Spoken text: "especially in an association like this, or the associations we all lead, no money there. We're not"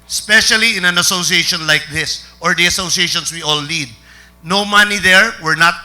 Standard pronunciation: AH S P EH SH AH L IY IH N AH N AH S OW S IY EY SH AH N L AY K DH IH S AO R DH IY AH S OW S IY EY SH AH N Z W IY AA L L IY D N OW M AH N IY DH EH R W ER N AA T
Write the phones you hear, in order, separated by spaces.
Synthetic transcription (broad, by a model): S P EH SH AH L IY IH N AH N AH S OW S IY EY SH AH N L AY K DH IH S AO R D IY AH S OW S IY EY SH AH N S W IY AA L N IY D N OW M AH N IY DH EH R W ER N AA T